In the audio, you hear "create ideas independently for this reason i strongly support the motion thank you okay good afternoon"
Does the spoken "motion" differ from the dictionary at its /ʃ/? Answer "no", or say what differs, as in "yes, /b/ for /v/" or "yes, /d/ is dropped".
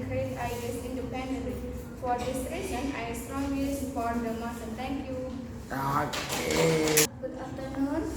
yes, /s/ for /ʃ/